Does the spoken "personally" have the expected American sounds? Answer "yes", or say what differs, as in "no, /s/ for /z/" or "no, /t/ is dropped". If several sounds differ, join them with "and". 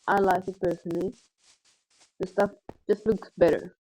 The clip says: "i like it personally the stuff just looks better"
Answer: yes